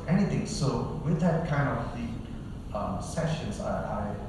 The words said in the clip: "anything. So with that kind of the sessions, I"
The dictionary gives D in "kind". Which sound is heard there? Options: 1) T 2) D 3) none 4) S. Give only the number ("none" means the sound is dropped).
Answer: 2